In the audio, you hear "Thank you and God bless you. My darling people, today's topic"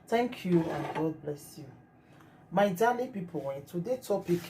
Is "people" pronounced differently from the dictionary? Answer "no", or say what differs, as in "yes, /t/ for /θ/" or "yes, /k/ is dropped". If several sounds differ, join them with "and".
yes, /n/ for /l/